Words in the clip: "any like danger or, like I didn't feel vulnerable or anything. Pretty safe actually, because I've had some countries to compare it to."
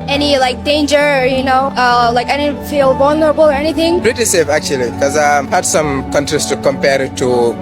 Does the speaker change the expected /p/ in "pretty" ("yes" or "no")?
yes